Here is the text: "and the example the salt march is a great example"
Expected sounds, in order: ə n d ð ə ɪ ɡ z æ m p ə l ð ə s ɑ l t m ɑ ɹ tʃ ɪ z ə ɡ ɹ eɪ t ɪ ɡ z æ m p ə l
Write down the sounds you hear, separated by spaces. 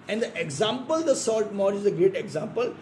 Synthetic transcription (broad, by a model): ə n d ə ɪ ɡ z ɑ m p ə l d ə s ɑ l t m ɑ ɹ ɪ z ə ɡ ɹ eɪ t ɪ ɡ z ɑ m p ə l